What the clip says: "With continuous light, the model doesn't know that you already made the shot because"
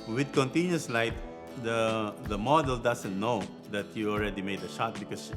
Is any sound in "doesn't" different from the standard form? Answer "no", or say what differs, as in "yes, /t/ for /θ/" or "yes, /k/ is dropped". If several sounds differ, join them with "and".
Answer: yes, /s/ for /z/